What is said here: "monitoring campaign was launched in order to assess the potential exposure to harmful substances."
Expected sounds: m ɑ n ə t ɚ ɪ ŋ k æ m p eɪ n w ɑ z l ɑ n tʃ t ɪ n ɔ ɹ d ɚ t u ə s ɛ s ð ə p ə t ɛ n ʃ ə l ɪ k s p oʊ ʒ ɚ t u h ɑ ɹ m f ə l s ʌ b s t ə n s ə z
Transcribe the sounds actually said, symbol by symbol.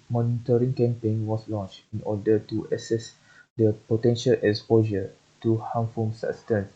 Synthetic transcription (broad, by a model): m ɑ n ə t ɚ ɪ ŋ k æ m p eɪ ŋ w ɑ s l ɑ n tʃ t ɪ n ɔ d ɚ t u ə s ɛ s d ə p ə t ɛ n ʃ ə l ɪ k s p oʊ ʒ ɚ t u h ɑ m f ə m s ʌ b s t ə n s